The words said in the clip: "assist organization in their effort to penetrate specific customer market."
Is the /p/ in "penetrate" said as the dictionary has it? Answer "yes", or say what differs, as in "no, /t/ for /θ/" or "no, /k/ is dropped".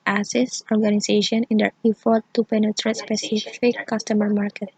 yes